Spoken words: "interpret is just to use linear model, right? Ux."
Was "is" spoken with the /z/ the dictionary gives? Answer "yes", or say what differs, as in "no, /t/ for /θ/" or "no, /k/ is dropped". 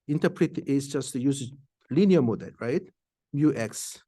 no, /s/ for /z/